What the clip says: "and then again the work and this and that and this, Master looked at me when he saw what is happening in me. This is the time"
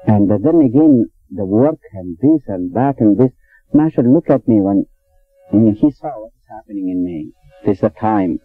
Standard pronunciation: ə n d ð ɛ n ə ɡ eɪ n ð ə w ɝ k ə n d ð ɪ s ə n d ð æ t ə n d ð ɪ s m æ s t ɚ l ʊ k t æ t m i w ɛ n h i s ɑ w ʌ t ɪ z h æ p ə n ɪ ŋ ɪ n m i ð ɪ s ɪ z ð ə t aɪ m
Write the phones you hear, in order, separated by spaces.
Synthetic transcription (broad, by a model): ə n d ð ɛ n ə ɡ eɪ n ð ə w ɝ k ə n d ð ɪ s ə n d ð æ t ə n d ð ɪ s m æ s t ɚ l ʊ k æ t m i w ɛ n h i s ɑ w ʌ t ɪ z h æ p ə n ɪ ŋ ɪ n m i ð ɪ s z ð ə t aɪ m